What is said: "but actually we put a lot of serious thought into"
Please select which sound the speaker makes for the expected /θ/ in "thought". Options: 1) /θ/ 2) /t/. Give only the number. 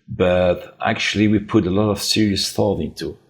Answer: 1